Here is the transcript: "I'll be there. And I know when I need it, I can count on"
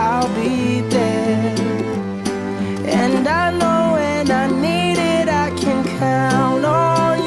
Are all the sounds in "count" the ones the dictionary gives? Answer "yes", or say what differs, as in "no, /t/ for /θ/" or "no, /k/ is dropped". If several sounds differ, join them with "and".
no, /t/ is dropped